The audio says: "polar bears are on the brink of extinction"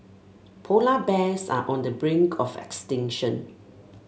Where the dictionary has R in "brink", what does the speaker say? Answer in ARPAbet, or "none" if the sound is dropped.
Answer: R